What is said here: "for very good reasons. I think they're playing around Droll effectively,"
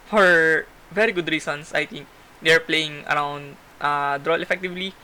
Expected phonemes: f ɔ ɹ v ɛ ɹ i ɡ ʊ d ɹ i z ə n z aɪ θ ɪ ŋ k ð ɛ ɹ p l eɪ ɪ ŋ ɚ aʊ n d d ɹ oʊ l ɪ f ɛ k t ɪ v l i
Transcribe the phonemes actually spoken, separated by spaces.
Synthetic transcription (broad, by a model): f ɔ ɹ v ɛ ɹ i ɡ ʊ d ɹ i s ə n s aɪ t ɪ ŋ k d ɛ ɹ p l eɪ ɪ ŋ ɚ aʊ n d d ɹ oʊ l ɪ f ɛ k t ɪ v l i